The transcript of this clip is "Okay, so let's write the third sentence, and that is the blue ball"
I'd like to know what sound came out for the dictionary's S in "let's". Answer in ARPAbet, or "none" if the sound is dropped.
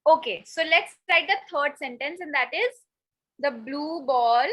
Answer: S